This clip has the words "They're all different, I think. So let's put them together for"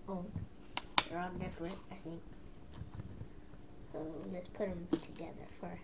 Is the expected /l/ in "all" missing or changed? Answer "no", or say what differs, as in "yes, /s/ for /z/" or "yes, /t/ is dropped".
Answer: yes, /n/ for /l/